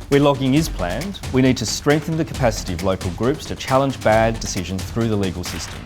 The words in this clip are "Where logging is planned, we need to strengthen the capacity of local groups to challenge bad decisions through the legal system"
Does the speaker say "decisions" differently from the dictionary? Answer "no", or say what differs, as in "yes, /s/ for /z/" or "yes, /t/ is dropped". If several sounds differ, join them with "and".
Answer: no